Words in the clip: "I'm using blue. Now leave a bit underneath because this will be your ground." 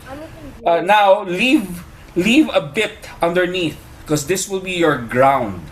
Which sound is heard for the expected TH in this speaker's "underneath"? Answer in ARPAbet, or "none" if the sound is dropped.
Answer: TH